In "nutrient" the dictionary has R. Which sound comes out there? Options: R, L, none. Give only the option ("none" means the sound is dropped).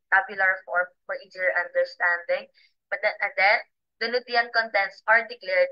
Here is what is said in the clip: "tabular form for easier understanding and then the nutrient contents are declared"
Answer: none